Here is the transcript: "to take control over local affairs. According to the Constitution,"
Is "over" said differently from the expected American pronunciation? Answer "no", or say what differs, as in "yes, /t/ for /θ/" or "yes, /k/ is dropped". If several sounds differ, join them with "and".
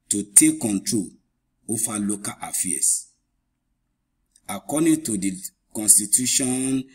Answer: yes, /f/ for /v/